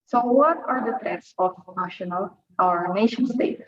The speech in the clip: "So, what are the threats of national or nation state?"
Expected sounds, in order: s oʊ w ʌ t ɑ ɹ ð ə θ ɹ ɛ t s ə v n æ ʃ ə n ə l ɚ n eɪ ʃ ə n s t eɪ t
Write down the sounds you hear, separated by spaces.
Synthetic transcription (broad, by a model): s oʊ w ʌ t ɑ ɹ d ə t ɹ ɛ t s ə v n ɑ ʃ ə n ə l ɚ n eɪ ʃ ə n s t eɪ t